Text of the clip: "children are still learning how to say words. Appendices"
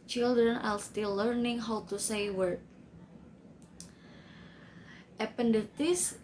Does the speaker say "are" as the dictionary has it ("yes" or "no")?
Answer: no